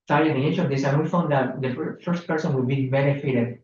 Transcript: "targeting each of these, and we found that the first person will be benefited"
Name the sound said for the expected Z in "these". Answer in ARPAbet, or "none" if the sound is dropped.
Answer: S